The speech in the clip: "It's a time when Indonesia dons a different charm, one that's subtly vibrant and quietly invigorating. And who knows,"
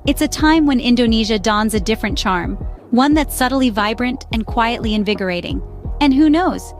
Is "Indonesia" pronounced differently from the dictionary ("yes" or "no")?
no